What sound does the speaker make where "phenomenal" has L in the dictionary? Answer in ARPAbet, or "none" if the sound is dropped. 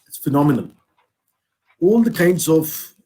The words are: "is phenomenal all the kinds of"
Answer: N